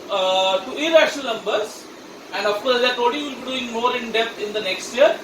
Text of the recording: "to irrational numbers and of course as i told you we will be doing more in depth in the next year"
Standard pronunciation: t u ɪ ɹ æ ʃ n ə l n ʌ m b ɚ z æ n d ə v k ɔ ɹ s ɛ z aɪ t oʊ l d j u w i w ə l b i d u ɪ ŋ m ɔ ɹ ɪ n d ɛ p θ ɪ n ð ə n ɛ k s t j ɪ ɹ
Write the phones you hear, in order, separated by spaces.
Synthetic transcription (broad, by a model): t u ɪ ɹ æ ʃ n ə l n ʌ m b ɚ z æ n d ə f k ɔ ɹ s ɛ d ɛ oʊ d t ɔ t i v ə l b i d u ɪ ŋ m ɔ ɹ ɪ n d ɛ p t ɪ n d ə n ɛ k s t j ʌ ɹ